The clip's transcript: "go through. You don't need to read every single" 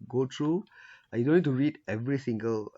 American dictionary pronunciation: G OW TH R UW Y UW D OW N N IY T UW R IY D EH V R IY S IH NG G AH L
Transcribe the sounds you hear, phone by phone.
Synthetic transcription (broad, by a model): G OW T R UW Y UW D OW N N IY T UW R IY D EH V R IY S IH NG G AH L